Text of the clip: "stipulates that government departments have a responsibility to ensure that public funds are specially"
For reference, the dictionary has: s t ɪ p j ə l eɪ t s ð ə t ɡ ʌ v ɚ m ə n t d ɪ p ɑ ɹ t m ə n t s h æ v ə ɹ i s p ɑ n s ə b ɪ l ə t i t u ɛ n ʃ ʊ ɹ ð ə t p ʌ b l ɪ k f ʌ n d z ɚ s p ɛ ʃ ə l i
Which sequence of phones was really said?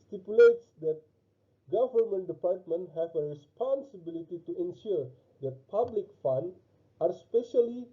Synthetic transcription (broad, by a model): s t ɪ p j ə l eɪ t s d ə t ɡ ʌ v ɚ m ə n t d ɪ p ɑ ɹ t m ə n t h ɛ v ə ɹ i s p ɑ n s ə b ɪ l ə t i t u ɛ n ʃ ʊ ɹ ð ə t p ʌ b l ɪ k f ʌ n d ɚ s p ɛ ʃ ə l i